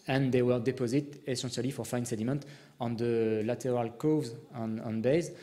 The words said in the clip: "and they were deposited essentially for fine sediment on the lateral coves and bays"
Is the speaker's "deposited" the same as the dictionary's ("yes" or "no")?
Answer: yes